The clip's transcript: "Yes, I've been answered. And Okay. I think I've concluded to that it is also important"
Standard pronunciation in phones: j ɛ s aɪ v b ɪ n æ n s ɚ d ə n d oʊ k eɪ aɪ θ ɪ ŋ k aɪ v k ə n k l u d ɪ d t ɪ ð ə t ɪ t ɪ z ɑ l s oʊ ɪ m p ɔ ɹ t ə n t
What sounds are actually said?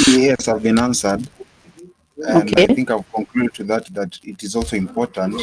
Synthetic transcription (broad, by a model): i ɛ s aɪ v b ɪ n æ n s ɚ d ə n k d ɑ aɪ θ ɪ ŋ k aɪ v k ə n k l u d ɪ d t ɪ ð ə t ɪ t ɪ z ɑ l s oʊ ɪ m p ɔ ɹ t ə n t